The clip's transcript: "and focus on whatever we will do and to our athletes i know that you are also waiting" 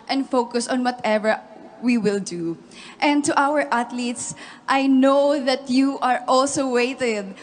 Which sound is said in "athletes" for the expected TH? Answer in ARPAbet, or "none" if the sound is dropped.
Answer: T